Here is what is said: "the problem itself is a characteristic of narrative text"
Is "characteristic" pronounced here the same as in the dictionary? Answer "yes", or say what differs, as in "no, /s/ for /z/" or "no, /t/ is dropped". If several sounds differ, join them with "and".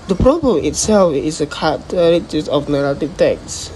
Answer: no, /k/ is dropped and /s/ is dropped